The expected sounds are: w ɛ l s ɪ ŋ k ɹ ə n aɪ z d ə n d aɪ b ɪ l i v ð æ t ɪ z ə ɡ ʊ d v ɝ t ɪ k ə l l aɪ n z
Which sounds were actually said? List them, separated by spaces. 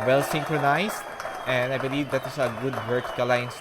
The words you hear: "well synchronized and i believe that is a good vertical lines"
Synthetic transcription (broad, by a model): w ɛ l s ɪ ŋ k ɹ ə n aɪ s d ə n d aɪ b ɪ l i v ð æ t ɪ s ə ɡ ʊ d w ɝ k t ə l l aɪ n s